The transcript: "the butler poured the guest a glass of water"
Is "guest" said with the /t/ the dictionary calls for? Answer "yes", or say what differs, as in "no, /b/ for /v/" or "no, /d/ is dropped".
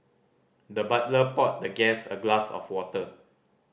no, /t/ is dropped